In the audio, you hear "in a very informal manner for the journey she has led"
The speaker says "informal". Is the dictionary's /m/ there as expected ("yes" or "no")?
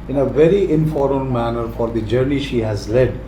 no